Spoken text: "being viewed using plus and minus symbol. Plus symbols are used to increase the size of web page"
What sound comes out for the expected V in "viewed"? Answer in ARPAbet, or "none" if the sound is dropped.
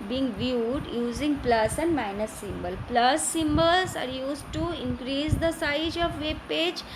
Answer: V